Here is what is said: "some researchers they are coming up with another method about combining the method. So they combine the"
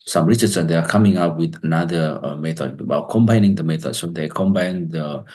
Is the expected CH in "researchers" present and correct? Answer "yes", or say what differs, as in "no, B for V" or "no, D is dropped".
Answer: no, S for CH